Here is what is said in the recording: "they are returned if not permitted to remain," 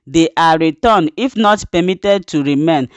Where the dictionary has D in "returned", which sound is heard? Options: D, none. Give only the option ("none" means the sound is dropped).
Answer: none